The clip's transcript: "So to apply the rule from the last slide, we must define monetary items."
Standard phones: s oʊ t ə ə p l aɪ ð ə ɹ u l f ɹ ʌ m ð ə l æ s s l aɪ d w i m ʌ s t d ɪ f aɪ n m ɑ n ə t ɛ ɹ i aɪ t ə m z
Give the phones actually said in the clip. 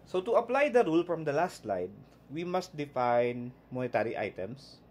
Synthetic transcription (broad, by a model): s oʊ t ə ə p l aɪ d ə ɹ u l f ɹ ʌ m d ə l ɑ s s l aɪ d w i m ʌ s t d ɪ f aɪ n m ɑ n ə t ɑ ɹ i aɪ t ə m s